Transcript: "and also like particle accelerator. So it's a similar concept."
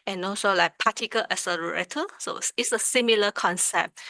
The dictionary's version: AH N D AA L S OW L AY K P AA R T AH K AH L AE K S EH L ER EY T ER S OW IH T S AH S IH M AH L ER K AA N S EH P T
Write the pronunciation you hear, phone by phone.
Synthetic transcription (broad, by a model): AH N AA L S OW L AY K P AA T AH K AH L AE S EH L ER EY T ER S OW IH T S AH S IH M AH L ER K AA N S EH P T